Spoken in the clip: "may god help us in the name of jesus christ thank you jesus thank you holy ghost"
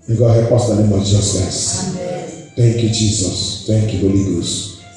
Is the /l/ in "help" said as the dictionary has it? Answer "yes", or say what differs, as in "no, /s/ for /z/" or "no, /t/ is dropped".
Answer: no, /l/ is dropped